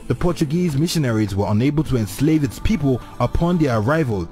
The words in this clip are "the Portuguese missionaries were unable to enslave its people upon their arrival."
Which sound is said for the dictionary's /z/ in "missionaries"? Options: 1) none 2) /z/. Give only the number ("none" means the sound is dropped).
2